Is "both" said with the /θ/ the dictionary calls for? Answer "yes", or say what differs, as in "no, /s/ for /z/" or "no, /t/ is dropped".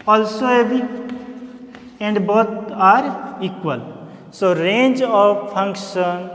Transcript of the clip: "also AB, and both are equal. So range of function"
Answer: no, /t/ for /θ/